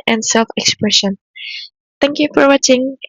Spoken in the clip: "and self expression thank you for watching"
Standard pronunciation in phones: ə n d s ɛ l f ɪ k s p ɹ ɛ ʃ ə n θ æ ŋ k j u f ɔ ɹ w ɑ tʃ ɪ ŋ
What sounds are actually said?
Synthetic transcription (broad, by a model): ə n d s ɛ l f ɪ k s p ɹ ɛ ʃ ə n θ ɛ ŋ k j u f ɔ ɹ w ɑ tʃ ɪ ŋ